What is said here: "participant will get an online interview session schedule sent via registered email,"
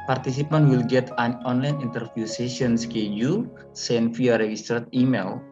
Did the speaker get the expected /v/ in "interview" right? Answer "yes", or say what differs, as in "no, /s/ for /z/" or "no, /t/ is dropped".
no, /f/ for /v/